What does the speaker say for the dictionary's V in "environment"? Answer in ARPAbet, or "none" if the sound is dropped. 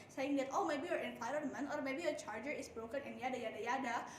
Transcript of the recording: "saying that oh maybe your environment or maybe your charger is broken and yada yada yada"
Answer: F